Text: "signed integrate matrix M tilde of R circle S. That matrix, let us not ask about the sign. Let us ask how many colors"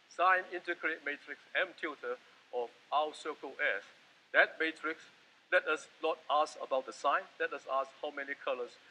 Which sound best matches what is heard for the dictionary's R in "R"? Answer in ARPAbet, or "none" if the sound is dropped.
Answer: W